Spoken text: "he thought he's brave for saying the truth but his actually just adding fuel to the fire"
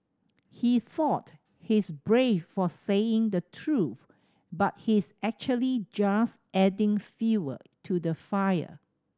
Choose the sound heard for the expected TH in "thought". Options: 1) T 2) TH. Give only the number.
2